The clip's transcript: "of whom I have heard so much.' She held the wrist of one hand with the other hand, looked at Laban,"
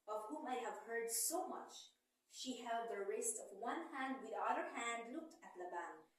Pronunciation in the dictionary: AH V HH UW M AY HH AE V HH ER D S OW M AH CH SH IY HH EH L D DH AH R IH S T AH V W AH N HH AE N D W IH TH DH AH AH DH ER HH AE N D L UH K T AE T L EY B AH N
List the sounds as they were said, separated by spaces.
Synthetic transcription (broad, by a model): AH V HH UW M AY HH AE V HH ER D S OW M AH CH SH IY HH EH L D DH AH R IH S T AH V W AH N HH AE N D W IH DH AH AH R HH AE N D L UH K T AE T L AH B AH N